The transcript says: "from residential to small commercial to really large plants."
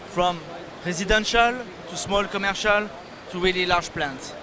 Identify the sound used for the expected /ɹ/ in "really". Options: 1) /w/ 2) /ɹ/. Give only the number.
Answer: 1